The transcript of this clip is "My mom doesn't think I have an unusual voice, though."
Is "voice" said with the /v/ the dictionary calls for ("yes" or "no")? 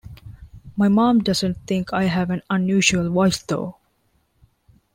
no